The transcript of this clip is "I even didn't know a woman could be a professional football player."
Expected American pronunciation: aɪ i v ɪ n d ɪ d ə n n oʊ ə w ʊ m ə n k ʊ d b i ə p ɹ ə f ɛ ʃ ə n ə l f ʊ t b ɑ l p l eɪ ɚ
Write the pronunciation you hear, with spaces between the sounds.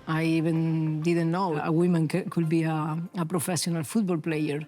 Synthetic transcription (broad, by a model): aɪ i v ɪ n d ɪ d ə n n oʊ ə w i m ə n k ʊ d b i ə p ɹ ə f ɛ s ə n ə l f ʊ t b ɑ l p l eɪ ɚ